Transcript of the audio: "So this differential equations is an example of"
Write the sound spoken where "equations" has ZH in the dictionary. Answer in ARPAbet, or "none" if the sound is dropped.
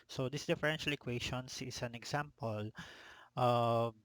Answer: SH